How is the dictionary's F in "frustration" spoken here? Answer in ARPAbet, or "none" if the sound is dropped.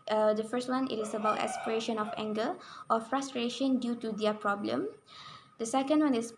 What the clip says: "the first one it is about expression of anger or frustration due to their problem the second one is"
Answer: F